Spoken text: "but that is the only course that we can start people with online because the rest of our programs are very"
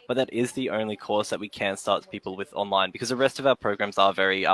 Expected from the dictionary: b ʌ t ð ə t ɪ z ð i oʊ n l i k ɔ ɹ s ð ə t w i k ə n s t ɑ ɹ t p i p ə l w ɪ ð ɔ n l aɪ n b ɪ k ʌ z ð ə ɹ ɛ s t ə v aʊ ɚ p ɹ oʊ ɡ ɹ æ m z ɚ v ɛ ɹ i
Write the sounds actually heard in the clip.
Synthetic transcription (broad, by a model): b ʌ t ð ə t ɪ z ð i oʊ n l i k ɔ ɹ s ð ə t w i k ə n s t ɑ ɹ t p i p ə l w ɪ ð ɔ n l aɪ n b ɪ k ʌ z ð ə ɹ ɛ s t ə v aʊ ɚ p ɹ oʊ ɡ ɹ æ m z ɚ v ɛ ɹ i